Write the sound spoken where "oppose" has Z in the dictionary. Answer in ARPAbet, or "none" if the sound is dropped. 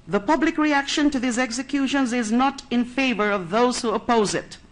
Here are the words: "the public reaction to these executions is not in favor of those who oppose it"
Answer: Z